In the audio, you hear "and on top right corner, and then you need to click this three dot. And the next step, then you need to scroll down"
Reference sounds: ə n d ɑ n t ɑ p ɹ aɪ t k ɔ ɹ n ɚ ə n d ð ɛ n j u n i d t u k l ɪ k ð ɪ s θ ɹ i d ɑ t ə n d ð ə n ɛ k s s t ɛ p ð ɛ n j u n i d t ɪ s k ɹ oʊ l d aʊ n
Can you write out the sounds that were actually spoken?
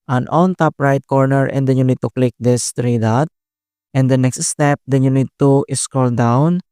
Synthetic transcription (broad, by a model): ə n ɑ n t ɑ p ɹ aɪ t k ɔ ɹ n ɚ ə n d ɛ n j u n i d t u k l ɪ k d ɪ s t ɹ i d ɑ t ə n d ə n ɛ k s s t ɛ p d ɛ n j u n i d t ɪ s k oʊ l d aʊ n